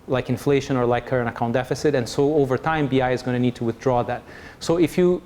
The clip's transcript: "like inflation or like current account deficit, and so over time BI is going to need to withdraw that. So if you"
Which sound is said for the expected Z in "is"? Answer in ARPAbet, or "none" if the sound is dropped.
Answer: Z